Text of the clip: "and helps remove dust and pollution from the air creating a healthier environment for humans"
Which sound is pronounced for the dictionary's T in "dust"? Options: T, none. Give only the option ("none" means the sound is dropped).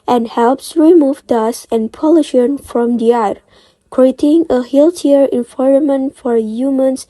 none